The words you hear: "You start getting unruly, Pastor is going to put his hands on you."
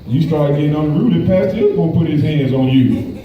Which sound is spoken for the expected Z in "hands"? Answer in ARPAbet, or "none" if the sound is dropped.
Z